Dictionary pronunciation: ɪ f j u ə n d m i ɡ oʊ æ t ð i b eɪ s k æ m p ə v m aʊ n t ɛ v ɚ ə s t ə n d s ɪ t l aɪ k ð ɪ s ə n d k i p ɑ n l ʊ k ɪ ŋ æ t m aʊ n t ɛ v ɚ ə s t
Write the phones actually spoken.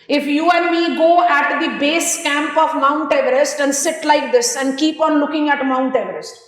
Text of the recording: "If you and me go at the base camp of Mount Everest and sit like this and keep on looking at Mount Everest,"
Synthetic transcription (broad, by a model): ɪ f j u ə n d m i ɡ oʊ æ t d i b eɪ s k æ m p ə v m aʊ n t ɛ v ɚ ə s t ə n d s ɪ t l aɪ k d ɪ s ə n d k i p ɑ n l ʊ k ɪ ŋ æ t m aʊ n t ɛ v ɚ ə s t